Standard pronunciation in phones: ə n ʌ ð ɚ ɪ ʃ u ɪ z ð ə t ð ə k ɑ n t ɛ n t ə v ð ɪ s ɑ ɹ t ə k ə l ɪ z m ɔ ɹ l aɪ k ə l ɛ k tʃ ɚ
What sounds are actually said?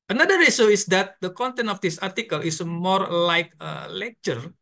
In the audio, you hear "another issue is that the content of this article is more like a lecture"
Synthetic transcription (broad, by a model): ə n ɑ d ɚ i s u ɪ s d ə t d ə k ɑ n t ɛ n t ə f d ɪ s ɑ ɹ t ə k ə l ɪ s m ɔ ɹ l aɪ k ə l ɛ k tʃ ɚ